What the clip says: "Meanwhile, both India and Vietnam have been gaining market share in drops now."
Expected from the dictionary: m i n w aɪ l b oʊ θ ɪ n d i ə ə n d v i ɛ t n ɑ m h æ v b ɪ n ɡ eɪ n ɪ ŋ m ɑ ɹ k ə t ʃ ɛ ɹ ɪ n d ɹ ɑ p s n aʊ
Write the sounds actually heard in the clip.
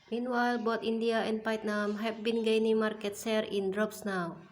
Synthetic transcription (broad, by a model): m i n w aɪ l b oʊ t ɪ n d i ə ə n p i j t n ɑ m h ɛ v b ɪ n ɡ eɪ n ɪ ŋ m ɑ ɹ k ə t s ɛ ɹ ɪ n d ɹ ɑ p s n aʊ